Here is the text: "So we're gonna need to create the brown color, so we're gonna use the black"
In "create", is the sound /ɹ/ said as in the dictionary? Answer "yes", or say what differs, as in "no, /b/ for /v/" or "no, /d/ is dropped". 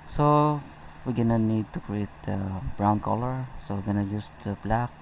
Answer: yes